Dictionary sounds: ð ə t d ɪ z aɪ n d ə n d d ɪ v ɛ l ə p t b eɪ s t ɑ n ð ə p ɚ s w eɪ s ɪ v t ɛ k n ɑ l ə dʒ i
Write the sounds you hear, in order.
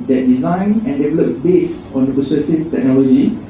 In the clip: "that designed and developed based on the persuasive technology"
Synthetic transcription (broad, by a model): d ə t d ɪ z aɪ n ə n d d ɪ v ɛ l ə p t b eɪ s ɑ n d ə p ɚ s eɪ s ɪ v t ɛ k n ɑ l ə dʒ i